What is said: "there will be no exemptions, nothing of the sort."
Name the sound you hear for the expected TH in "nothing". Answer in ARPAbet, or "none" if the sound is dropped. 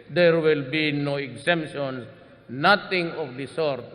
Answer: T